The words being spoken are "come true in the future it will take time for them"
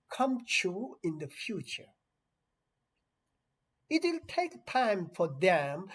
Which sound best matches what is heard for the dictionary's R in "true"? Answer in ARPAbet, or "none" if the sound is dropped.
none